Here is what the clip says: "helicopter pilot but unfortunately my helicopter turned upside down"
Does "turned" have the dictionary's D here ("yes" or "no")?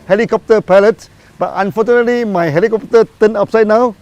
no